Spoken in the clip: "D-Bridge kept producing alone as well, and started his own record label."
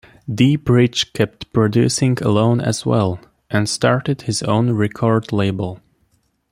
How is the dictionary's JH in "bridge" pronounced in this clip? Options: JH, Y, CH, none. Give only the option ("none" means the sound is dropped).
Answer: CH